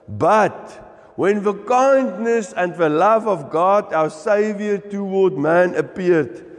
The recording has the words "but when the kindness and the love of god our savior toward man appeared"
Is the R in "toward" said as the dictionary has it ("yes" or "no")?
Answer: no